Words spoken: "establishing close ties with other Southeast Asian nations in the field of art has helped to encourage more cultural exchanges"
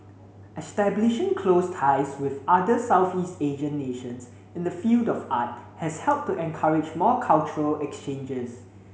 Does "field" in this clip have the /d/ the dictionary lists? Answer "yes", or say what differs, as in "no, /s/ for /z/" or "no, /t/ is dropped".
yes